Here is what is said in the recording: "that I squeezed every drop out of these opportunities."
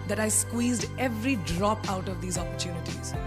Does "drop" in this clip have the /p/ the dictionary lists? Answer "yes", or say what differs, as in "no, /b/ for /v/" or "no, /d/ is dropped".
yes